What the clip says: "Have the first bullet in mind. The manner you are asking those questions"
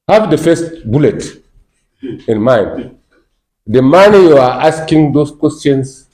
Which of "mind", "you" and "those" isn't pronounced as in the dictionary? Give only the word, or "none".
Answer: those